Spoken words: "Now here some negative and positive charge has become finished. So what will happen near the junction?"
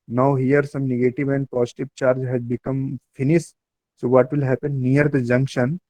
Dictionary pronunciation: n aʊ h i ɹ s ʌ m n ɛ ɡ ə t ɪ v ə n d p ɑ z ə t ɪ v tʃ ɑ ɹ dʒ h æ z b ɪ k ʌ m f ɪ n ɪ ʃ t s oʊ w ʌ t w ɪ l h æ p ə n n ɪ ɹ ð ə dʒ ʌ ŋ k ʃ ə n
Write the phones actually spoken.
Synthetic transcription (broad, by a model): n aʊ h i ɹ s ʌ m n ɛ ɡ ə t ɪ v ə n d p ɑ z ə t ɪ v tʃ ɑ ɹ dʒ h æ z b ɪ k ʌ m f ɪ n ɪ s t s oʊ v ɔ t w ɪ l h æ p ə n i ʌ ɹ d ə dʒ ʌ ŋ k ʃ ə n